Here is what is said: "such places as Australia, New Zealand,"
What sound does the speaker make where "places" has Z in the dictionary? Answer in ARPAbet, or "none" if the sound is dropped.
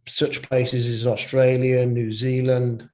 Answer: Z